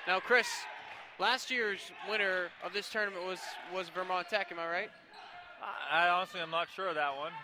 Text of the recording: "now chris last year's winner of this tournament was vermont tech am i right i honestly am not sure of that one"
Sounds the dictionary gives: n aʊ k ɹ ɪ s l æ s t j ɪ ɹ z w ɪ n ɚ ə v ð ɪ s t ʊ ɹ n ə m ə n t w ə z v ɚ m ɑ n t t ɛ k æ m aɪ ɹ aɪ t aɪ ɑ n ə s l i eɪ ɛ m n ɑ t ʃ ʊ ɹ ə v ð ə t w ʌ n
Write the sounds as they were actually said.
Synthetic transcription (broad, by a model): n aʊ k ɹ ɪ s l æ s t j ɪ ɹ z w ɪ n ɚ ə v ð ɪ s t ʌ ɹ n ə m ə n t w ə z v ɚ m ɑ n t t ɛ k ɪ m aɪ ɹ aɪ t aɪ ɑ n ə s l i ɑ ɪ m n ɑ t ʃ ʊ ɹ ə v ð ə t w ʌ n